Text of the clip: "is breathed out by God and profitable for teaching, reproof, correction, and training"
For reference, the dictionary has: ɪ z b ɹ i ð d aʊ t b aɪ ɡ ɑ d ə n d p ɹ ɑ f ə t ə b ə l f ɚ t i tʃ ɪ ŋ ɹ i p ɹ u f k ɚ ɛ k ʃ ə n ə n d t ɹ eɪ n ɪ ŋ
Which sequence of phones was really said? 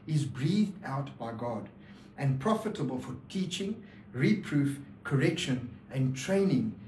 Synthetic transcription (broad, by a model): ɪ z b ɹ i ð d aʊ t b aɪ ɡ ɑ d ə n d p ɹ ɑ f ə t ə b ə l f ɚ t i tʃ ɪ ŋ ɹ i p ɹ u f k ɚ ɛ k ʃ ə n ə n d t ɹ eɪ n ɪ ŋ